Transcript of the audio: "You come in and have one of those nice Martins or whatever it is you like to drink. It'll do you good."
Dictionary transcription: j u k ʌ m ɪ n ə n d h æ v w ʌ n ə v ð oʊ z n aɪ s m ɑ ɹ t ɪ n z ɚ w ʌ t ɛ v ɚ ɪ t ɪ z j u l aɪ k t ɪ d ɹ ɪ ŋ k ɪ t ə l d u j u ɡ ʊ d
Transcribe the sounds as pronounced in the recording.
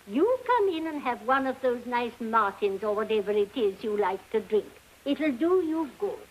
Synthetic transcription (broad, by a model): j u k ʌ m ɪ n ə n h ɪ v w ʌ n ə v ð oʊ z n aɪ s m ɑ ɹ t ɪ n z ɚ w ʌ t ɛ v ɚ ɪ t ɪ z j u l aɪ k t ɪ d ɹ ɪ ŋ k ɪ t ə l d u j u ɡ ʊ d